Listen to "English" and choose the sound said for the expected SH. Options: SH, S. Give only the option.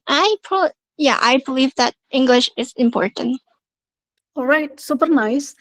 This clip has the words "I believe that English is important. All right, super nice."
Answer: SH